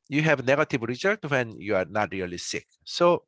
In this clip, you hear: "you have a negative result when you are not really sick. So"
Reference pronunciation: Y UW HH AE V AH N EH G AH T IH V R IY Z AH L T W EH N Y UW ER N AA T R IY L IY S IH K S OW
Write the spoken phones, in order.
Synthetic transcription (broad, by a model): Y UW HH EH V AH N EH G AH T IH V R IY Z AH T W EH N Y UW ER N AA T R IY L IY S IH K S OW